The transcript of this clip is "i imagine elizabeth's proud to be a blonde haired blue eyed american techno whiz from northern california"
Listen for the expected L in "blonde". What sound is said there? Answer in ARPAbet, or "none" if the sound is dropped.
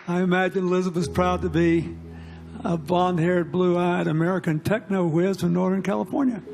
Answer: none